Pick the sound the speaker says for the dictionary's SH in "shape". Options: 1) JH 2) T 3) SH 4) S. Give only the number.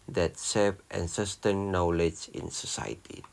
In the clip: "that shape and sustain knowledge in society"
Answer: 4